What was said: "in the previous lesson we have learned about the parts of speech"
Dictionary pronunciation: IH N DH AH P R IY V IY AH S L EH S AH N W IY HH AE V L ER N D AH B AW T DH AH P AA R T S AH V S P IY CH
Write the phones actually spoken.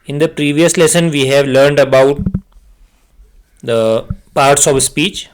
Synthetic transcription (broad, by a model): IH N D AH P R IY V IY AH S L EH S AH N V IY HH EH V L ER N D AH B AW T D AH P AA R T S AH V S P IY CH